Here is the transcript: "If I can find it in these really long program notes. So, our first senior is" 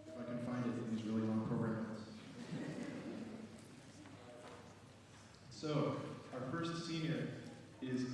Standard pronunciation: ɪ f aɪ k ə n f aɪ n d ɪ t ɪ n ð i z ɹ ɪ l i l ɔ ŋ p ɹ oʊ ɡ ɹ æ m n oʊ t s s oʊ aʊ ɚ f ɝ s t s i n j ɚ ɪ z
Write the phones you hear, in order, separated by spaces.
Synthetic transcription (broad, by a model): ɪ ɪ k ə n f aɪ n d ɪ t ɪ n ð i z ɹ ɪ l i l ɔ ŋ p ɹ oʊ ɡ ɹ æ m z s s oʊ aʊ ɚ f ɝ s t s i n j ɚ ɪ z